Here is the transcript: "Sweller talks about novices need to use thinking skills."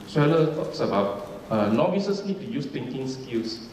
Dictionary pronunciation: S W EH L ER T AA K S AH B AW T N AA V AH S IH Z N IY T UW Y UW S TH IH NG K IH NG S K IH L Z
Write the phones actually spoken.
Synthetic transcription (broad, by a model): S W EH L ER T AA K S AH B AW T N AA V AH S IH S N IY T UW Y UW S T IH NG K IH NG S K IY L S